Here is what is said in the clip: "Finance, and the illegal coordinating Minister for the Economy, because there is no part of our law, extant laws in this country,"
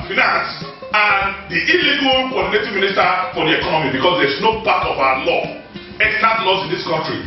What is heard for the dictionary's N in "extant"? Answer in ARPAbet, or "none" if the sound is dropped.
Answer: none